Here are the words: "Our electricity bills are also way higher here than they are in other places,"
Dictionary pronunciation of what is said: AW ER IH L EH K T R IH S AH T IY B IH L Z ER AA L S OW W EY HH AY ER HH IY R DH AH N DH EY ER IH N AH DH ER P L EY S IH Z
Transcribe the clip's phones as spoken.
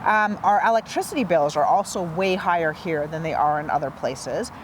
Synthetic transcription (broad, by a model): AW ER IH L EH K T R IH S AH T IY B IH L Z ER AA L S OW W EY HH AY ER HH IY R DH AH N DH EY ER IH N AH DH ER P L EY S IH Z